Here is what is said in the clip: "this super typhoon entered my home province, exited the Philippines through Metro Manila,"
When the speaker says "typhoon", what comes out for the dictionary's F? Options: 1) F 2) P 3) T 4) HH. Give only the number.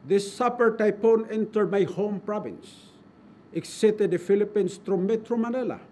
2